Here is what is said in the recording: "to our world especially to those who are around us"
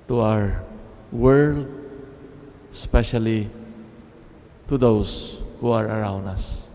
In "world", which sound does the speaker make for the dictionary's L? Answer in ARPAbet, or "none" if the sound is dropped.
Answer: L